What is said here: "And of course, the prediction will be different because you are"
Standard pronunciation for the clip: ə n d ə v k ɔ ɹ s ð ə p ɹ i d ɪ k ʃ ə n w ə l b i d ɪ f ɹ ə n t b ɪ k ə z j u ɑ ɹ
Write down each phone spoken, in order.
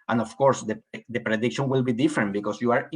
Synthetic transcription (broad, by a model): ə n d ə f k ɔ ɹ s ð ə p ɹ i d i k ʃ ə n w ə l b i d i f ɹ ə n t b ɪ k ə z j u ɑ ɹ